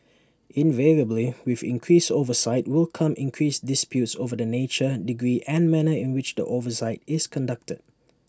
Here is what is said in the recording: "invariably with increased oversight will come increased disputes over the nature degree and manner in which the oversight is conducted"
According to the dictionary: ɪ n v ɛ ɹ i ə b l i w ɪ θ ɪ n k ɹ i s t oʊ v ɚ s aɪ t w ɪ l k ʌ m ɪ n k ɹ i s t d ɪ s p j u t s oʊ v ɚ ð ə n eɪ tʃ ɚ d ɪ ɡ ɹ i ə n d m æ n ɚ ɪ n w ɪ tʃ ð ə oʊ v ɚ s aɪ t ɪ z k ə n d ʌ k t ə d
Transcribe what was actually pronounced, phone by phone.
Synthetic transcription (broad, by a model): ɪ n v ɛ ɹ i ə b l i w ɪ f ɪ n k ɹ i s oʊ v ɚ s aɪ t w ɪ l k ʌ m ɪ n k ɹ i s d ɪ s p j u t s oʊ v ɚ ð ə n eɪ tʃ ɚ d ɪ ɡ ɹ i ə n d m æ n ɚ ɪ n w ɪ tʃ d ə oʊ v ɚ s aɪ t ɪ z k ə n d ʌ k t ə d